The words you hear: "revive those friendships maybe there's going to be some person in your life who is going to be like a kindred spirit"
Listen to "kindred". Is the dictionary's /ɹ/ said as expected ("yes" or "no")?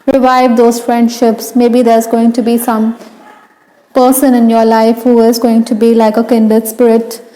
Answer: no